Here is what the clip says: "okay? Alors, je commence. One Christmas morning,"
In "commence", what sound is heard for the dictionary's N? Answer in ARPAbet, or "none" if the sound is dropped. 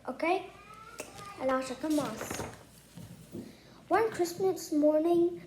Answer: none